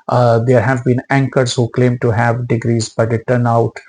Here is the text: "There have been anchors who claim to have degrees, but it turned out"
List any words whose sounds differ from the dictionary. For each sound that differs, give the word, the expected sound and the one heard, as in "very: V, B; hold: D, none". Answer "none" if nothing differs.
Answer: turned: D, none